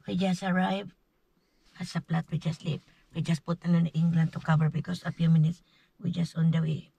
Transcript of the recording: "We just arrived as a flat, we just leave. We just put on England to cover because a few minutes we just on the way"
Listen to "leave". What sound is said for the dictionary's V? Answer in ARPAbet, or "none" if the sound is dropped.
P